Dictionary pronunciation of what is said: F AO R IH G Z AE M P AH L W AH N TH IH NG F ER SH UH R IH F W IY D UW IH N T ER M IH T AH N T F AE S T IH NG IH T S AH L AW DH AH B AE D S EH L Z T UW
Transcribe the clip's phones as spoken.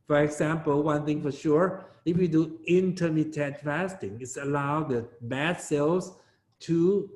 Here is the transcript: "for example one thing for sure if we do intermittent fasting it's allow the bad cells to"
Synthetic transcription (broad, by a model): F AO R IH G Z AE M P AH L W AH N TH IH NG F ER SH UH R IH F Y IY D UW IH N T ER M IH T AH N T F AE S T IH NG IH T S AH L AW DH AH B AE D S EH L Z T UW